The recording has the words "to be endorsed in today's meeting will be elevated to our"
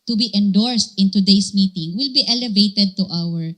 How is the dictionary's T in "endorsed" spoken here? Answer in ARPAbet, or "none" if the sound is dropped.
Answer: T